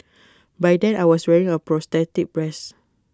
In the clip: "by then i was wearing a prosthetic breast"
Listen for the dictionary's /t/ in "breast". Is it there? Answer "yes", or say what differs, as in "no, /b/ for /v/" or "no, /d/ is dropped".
no, /t/ is dropped